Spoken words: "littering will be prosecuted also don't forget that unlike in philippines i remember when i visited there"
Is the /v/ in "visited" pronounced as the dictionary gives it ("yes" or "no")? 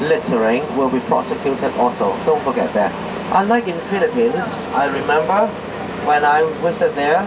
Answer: no